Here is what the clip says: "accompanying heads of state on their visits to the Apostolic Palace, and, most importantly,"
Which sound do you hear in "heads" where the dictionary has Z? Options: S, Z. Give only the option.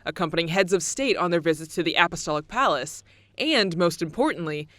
Z